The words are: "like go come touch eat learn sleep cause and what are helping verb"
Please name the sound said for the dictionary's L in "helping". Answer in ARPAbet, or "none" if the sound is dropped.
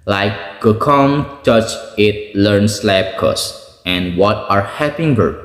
none